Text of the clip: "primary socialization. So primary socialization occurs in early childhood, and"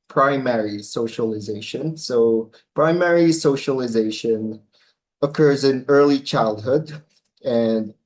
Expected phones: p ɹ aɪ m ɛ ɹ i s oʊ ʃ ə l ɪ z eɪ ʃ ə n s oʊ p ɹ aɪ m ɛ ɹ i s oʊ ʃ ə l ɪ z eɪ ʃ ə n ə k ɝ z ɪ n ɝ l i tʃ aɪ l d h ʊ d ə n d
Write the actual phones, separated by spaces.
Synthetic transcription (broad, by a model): p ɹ aɪ m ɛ ɹ i s oʊ ʃ ə l ɪ z eɪ ʃ ə n s oʊ p ɹ aɪ m ɛ ɹ i s oʊ ʃ ə l ɪ z eɪ ʃ ə n ə k ɝ z ɪ n ɝ l i tʃ aɪ l d h ʊ d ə n